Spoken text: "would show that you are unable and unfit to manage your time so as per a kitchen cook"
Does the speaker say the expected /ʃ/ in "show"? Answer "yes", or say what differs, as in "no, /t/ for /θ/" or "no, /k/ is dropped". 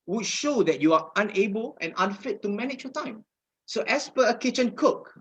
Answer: yes